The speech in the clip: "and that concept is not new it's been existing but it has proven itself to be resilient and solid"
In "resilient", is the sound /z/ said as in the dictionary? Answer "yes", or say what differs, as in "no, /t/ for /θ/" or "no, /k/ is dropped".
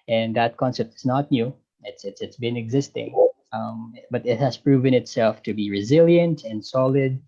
yes